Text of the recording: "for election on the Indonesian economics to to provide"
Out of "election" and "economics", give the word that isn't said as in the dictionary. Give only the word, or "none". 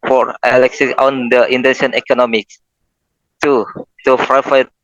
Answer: election